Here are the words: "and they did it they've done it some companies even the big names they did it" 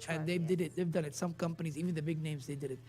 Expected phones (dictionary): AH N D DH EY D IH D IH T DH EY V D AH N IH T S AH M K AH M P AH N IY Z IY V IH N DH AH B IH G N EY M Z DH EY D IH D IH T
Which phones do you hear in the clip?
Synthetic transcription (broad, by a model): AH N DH EY D IH D IH T DH EY V D AH N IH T S AH M K AH M P AH N IY Z IY V IH N DH AH B IH G N EY M Z DH EY D IH D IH T